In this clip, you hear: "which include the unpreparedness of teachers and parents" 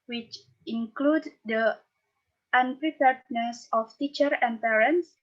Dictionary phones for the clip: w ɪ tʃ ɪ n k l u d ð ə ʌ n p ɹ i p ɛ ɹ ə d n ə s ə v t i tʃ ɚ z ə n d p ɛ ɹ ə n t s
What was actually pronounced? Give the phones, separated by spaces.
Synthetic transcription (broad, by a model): w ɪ tʃ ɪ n k l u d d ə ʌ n p ɹ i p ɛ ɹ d n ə s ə f t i tʃ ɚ ə n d p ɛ ɹ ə n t s